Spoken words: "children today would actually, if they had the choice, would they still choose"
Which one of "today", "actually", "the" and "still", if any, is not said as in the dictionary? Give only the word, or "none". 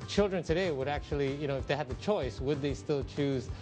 actually